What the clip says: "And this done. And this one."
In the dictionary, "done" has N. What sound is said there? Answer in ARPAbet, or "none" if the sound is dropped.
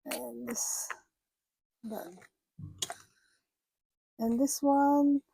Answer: none